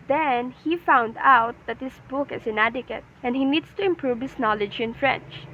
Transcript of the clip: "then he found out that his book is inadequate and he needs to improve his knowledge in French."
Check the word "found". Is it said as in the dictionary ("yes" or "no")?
yes